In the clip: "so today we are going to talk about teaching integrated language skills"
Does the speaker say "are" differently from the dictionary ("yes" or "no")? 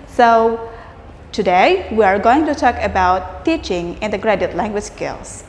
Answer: no